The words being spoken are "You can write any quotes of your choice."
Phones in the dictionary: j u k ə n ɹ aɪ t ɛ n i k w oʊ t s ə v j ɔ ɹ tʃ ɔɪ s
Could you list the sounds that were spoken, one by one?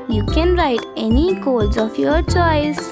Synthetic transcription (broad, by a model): j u k ə n ɹ aɪ t ɛ n i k oʊ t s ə f j ɔ ɹ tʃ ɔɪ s